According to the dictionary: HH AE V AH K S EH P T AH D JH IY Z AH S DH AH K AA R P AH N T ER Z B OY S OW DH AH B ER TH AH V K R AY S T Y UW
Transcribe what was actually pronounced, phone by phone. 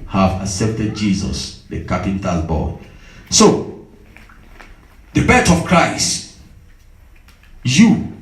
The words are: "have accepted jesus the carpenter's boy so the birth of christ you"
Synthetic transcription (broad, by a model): HH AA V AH S EH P T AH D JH IY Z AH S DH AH K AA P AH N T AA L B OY S OW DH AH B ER T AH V K R AY S T Y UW